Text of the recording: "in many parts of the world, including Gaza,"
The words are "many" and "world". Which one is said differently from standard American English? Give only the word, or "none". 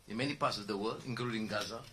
world